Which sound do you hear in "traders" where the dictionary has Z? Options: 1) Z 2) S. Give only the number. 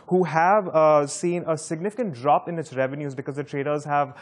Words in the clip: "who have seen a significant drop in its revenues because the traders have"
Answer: 1